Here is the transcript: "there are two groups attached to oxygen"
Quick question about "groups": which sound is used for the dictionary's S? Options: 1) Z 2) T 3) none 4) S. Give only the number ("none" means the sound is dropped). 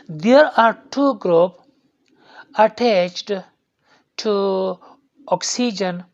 3